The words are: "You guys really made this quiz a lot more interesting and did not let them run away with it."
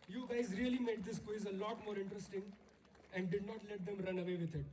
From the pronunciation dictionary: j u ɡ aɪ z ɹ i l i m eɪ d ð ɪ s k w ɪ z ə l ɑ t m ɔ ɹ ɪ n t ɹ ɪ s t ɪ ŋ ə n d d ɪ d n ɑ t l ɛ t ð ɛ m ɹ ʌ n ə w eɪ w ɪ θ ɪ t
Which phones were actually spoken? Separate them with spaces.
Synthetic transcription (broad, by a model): j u ɡ aɪ z ɹ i l i m eɪ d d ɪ s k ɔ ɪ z ə l ɑ t m ɔ ɹ ɪ n t ɹ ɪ s t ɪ ŋ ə n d d ɪ d n ɑ t l ɛ t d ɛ m ɹ ʌ n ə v eɪ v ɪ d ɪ t